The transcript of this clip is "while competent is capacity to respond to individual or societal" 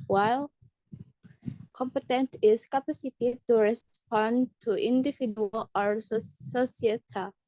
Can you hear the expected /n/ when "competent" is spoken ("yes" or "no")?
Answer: yes